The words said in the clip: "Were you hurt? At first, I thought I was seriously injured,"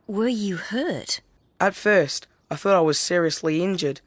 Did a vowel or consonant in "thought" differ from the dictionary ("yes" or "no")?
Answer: no